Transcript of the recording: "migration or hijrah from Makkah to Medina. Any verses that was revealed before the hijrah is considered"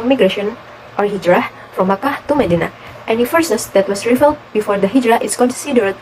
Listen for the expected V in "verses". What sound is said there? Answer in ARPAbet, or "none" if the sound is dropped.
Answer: F